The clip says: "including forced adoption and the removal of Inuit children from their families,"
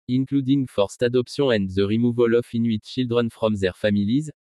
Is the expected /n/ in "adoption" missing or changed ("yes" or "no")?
yes